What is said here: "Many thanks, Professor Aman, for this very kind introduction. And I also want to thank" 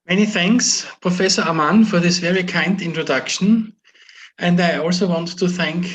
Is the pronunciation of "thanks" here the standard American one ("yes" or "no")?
yes